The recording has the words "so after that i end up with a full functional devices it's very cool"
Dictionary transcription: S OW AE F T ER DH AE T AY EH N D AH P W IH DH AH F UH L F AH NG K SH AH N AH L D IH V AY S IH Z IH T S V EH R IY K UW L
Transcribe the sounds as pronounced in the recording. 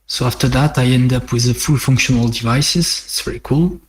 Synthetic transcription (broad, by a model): S OW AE F T ER DH AE T AY EH N D AH P W IH DH AH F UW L F AH NG K SH AH N AH L D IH V AY S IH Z IH T S V EH R IY K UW L